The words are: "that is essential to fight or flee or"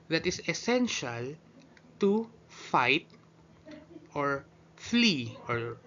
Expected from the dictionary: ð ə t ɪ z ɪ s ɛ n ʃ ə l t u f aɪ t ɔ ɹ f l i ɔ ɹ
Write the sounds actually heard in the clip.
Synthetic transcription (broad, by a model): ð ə t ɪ s ɪ s ɛ n ʃ ə l t u f aɪ t ɔ ɹ f l i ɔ ɹ